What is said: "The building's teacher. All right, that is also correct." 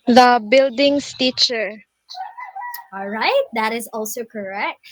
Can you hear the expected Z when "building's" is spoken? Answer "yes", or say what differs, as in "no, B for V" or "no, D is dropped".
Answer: no, S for Z